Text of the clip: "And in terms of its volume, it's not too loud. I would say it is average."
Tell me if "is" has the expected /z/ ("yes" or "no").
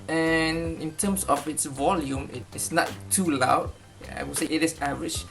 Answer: no